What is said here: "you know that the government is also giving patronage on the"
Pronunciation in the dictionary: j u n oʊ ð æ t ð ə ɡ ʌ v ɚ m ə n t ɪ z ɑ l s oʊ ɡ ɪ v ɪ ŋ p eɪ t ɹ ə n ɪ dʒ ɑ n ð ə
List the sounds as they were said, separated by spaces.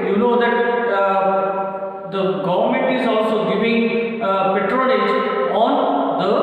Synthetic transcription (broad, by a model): j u n oʊ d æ t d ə ɡ ʌ v ɚ m ə n t ɪ z ɑ l s oʊ ɡ ɪ v ɪ ŋ p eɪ t ɹ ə l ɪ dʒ ɑ n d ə